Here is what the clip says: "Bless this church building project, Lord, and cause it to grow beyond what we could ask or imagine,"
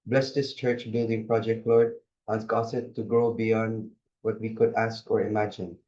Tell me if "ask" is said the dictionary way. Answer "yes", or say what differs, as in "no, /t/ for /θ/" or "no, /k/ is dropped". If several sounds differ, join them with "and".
yes